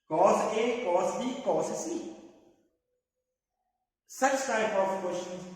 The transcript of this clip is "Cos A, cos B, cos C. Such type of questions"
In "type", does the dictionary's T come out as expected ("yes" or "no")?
no